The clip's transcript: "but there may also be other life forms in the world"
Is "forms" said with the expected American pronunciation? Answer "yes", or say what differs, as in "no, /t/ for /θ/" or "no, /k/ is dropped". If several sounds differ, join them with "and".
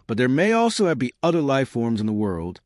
yes